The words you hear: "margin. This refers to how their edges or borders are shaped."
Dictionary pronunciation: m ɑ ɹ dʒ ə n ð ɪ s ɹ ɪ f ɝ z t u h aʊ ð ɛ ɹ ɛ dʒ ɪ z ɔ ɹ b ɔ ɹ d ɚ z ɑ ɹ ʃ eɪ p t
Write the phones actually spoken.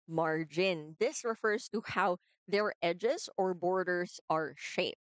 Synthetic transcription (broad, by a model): m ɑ ɹ dʒ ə n ð ɪ s ɹ ɪ f ɝ z t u h aʊ ð ɛ ɹ ɛ dʒ ɪ z ɔ ɹ b ɔ ɹ d ɚ z ɑ ɹ ʃ eɪ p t